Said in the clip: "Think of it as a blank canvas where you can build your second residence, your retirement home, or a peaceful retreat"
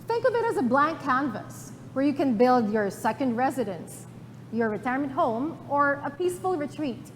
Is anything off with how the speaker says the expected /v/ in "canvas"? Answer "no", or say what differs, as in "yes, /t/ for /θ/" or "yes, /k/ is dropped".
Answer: no